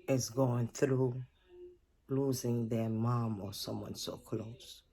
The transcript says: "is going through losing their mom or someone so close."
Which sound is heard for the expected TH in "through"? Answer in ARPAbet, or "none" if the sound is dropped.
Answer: TH